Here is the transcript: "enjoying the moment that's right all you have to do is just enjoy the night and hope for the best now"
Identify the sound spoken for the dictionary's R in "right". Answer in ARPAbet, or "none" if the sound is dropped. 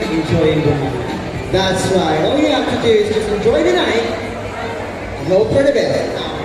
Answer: W